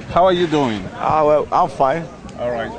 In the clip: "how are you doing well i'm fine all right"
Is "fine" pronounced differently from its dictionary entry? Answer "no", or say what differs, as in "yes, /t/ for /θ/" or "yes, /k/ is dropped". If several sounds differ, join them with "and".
yes, /n/ is dropped